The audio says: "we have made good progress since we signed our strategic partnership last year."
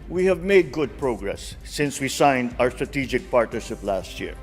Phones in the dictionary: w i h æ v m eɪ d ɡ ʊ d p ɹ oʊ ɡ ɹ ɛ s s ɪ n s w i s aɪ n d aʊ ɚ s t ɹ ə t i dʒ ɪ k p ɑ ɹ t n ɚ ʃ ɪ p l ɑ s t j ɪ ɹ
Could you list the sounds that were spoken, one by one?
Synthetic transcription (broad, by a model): w i h æ v m eɪ d ɡ ʊ d p ɹ oʊ ɡ ɹ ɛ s s ɪ n s w i s aɪ n d aʊ ɚ s t ɹ ə t i dʒ ɪ k p ɑ ɹ t n ɚ ʃ ɪ p l ɑ s t j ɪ ɹ